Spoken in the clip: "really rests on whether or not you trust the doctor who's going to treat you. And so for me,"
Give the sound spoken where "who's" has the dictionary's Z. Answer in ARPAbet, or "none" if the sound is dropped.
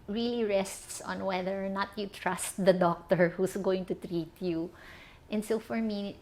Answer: S